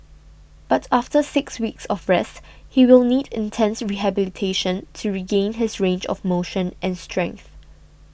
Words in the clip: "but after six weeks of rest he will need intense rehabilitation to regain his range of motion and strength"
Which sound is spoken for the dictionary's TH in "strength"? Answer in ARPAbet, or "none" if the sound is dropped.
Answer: TH